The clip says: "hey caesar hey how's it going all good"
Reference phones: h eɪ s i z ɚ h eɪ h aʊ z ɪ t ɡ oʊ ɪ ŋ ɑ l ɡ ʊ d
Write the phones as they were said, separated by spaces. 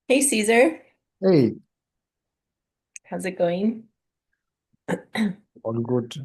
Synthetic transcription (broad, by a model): h eɪ s i z ɚ h eɪ h aʊ z ɪ t ɡ oʊ ɪ ŋ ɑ n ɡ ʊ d